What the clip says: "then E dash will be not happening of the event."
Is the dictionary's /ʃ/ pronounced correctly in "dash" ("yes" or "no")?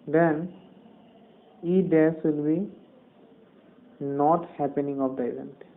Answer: no